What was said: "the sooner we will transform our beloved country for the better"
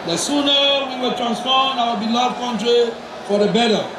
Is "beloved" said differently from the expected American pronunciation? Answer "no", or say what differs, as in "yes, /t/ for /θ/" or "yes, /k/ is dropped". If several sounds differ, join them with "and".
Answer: yes, /v/ is dropped